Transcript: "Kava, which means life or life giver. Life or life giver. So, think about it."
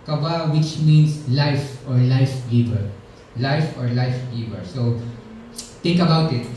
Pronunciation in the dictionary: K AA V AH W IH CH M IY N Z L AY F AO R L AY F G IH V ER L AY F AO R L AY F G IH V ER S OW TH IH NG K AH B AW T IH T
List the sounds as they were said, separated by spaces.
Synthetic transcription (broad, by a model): K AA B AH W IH CH M IY N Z L AY F AO R L AY F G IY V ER L AY F AO R L AY F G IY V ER S OW T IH NG K AH B AW T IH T